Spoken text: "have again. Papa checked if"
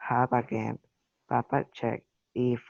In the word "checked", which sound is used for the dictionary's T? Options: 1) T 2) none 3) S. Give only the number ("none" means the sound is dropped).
2